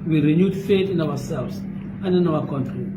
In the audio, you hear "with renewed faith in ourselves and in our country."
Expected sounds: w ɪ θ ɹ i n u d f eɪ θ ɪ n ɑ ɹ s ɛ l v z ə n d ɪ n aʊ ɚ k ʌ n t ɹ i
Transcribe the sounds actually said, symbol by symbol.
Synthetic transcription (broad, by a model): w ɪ ɹ i n u d f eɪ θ ɪ n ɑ w s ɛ l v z ə n d ɪ n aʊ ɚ k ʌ n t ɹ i